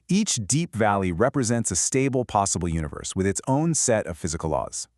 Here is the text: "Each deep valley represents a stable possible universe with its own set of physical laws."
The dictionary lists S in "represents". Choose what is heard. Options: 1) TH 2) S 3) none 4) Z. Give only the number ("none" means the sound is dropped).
2